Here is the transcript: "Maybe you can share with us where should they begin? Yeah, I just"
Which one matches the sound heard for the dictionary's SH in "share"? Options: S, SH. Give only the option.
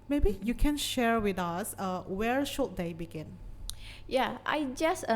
SH